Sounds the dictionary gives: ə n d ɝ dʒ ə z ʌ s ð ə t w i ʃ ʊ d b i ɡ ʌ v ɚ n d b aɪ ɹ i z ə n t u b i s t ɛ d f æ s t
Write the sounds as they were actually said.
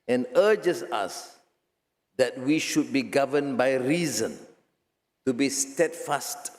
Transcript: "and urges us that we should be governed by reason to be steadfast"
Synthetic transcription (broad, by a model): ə n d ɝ dʒ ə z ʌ s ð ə t w i ʃ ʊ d b i ɡ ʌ v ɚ n b aɪ ɹ i z ə n t u b i s t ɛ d f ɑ s t